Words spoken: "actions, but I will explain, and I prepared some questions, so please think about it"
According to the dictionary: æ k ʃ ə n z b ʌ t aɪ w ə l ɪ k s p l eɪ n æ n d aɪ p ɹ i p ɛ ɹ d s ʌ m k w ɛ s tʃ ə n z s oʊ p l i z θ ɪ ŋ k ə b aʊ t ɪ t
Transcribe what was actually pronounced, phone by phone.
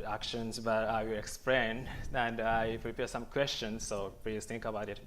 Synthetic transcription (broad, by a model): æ k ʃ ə n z b ʌ t aɪ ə ɪ k s p l eɪ n æ n d aɪ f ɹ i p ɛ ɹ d s ʌ m k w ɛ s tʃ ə n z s oʊ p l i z t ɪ ŋ k ə b aʊ t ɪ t